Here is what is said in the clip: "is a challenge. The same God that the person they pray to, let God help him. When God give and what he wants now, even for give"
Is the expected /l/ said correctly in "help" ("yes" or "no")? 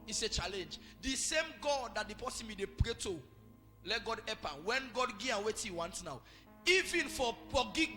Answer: no